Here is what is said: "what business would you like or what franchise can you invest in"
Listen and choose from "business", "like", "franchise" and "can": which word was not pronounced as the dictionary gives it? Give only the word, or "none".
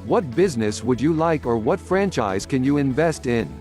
none